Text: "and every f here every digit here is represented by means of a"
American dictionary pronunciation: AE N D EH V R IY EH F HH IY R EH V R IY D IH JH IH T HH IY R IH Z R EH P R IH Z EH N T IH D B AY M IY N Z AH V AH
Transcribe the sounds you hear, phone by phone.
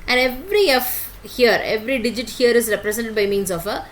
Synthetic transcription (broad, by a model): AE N D EH V R IY EH F HH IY R EH V R IY D IH JH IH T HH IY R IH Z R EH P R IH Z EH N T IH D B AY M IY N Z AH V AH